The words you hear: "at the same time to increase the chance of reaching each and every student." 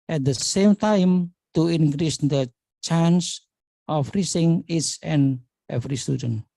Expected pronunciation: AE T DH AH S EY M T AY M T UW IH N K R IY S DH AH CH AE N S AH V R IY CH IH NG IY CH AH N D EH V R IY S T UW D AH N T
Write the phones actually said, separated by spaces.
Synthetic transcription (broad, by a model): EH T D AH S EY M T AY M T UW IH N K R IY S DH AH CH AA N S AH F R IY S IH NG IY S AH N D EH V R IY S T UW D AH N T